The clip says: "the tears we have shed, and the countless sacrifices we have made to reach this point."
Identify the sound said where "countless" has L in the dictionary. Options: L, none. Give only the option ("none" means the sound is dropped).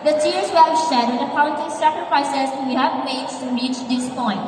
none